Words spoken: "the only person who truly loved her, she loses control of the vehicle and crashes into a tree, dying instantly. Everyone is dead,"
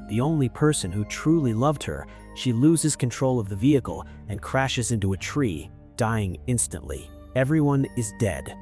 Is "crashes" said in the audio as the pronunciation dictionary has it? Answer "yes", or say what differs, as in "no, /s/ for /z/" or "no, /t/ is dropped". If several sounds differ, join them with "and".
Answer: yes